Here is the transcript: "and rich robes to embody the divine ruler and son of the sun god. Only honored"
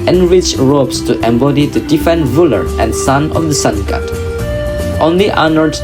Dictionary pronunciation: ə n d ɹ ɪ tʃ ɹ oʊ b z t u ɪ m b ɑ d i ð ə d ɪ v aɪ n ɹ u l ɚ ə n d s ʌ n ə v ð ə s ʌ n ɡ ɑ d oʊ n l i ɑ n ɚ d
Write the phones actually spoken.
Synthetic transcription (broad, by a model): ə n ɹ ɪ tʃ ɹ oʊ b s t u ɪ m b ɑ d i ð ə d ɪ f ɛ n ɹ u l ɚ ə n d s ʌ n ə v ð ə s ʌ n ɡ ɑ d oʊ n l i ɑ n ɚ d